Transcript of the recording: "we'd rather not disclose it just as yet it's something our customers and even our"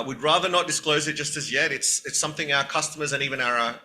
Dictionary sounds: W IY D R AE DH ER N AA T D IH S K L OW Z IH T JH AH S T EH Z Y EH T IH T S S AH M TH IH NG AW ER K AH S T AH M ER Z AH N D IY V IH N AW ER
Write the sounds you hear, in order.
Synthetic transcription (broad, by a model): W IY D R AE DH ER N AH T D IH S K L OW Z IH T JH AH S T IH Z Y EH T IH T S S AH M TH IH NG AW ER K AH S T AH M ER Z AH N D IY V IH N AW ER